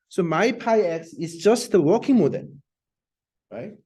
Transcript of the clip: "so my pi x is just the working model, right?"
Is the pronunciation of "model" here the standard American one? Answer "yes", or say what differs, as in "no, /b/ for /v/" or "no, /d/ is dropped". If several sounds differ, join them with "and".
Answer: no, /n/ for /l/